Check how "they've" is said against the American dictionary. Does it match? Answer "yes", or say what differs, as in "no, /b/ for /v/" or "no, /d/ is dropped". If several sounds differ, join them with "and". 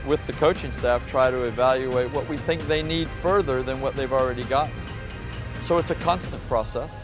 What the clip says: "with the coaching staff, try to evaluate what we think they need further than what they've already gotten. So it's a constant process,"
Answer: yes